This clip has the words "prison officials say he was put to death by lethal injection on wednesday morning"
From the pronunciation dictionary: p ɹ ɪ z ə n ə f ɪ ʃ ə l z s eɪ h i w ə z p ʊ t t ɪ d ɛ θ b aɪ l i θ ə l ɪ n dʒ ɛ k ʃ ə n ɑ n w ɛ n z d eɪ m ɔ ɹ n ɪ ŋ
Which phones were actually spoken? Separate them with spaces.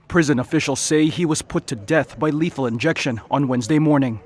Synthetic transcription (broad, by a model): p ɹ ɪ z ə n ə f ɪ ʃ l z s eɪ i w ə z p ʊ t t ɪ d ɛ θ b aɪ l i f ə l ɪ n dʒ ɛ k ʃ ə n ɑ n w ɛ n z d eɪ m ɔ ɹ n ɪ ŋ